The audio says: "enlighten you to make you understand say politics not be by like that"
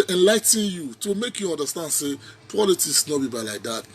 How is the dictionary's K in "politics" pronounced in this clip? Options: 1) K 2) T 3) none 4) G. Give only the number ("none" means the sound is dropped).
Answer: 3